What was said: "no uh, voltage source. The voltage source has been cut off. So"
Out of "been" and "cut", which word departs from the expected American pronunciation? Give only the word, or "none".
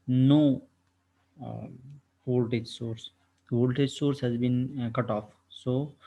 none